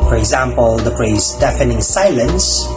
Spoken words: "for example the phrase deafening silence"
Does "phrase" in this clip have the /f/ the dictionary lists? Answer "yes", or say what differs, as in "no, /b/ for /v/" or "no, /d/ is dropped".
no, /p/ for /f/